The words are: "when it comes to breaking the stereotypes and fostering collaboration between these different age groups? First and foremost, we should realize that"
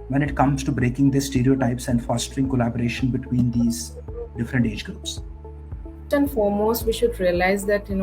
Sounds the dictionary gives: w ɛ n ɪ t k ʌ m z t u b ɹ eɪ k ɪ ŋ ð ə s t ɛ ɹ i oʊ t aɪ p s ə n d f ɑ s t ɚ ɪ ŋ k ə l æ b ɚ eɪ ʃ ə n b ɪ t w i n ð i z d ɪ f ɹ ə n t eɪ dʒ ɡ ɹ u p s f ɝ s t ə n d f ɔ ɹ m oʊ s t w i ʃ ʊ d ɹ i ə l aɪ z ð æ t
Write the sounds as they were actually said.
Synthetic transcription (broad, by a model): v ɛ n ɪ t k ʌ m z t u b ɹ eɪ k ɪ ŋ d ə s t ɛ ɹ i oʊ t aɪ p s ə n d f ɑ s t ɚ ɪ ŋ k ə l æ b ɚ eɪ ʃ ə n b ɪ t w i n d i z d ɪ f ɹ ə n t eɪ dʒ ɡ ɹ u p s s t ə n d f ɔ ɹ m oʊ s t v i ʃ ʊ d ɹ i ə l aɪ z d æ t